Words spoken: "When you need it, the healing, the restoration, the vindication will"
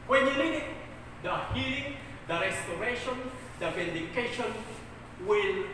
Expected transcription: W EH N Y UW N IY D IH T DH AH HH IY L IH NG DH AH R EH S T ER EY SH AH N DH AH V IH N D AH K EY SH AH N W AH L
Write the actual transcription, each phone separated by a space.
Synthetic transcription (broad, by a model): W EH N Y UW L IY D IH T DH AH HH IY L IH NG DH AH R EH S T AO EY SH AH N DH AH V IH N D AH K EY SH AH N W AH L